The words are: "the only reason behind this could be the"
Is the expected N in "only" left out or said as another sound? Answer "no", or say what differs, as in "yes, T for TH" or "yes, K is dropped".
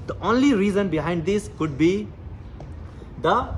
no